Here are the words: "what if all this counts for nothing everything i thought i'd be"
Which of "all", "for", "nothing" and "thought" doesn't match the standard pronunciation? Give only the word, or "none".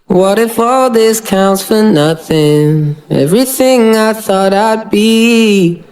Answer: none